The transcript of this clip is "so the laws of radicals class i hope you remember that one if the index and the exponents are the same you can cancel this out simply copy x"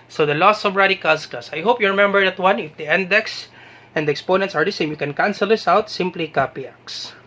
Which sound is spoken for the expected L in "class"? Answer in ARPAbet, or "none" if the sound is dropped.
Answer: none